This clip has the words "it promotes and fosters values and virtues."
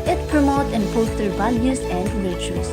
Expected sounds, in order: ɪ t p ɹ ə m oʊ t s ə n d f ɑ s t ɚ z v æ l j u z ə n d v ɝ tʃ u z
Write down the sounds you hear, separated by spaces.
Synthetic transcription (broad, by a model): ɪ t p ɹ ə m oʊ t ə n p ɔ s t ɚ v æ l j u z ə n d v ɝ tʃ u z